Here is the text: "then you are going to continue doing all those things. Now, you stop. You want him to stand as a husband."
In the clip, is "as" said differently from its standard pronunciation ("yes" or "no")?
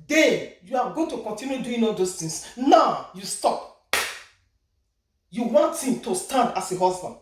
yes